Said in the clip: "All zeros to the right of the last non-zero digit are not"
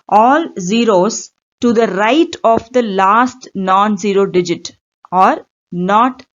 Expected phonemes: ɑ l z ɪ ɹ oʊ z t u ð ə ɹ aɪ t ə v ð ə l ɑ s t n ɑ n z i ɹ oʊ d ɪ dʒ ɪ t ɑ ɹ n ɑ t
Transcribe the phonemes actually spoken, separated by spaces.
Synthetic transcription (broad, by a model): ɑ l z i ɹ oʊ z t u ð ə ɹ aɪ t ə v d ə l ɑ s t n ɑ n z i ɹ oʊ d ɪ dʒ ɪ t ɑ ɹ n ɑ t